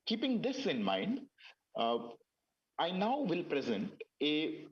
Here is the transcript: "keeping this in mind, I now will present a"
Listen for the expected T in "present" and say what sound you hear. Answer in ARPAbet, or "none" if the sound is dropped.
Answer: T